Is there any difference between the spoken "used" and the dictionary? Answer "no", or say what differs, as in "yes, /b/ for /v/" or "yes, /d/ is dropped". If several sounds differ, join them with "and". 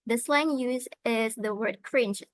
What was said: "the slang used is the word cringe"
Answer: yes, /d/ is dropped